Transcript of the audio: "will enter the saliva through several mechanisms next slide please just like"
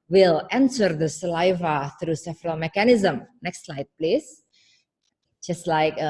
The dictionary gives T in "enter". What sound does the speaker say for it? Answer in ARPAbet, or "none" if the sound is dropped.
S